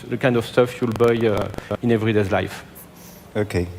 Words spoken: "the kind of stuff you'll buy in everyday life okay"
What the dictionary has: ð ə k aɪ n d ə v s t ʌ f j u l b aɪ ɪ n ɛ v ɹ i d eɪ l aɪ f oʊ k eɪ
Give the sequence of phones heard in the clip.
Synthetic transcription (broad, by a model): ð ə k aɪ n d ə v s t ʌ f j u l b aɪ ɪ n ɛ v ɹ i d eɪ l aɪ f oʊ k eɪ